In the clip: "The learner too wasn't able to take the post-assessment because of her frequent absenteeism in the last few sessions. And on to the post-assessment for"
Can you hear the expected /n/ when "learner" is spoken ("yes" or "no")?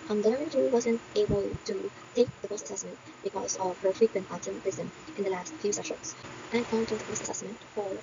no